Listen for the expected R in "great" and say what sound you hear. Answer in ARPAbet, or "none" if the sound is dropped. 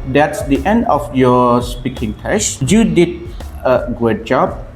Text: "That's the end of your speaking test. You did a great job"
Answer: none